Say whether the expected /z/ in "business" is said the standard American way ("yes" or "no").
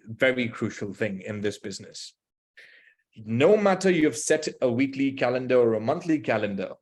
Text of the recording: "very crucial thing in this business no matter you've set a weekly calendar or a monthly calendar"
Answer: yes